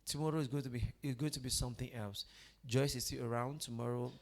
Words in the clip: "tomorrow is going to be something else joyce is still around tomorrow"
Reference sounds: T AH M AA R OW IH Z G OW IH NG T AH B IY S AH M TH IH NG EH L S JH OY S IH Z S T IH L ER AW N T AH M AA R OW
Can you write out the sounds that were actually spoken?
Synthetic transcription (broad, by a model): T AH M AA R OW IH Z G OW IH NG T AH B IY S AH M TH IH NG EH L S JH OY S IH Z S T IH ER AW N T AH M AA R OW